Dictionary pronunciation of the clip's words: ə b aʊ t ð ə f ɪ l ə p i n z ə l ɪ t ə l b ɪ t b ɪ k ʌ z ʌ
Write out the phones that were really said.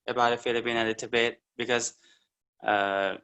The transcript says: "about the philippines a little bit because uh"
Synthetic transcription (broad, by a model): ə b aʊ t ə f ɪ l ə b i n ə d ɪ t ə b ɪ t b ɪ k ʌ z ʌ